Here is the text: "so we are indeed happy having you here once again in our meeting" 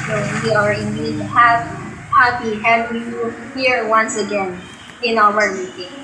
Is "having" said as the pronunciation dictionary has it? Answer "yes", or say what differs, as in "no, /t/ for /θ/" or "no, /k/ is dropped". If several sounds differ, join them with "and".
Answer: no, /w/ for /v/